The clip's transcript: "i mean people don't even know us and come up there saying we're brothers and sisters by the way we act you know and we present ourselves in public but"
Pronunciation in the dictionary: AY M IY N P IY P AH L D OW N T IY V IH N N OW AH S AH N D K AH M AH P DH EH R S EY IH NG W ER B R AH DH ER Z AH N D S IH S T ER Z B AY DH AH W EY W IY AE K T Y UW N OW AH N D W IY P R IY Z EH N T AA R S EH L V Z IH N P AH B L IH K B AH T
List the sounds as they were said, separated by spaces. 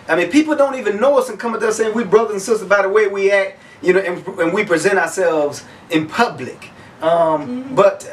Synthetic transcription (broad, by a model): AY M IY N P IY P L D OW N T IY V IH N N OW AH S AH N K AH M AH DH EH S EY IH NG W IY B R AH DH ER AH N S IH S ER B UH DH AH W EY W IY AE K T Y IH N OW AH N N W IY P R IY Z EH T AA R S EH L V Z IH N P AH B L IH K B AH T